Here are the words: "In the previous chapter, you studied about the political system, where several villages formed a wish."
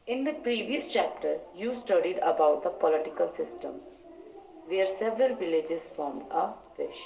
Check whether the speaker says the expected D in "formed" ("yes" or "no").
yes